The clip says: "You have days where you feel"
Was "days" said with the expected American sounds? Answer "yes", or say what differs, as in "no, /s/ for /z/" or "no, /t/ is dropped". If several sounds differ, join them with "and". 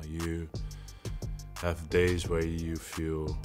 yes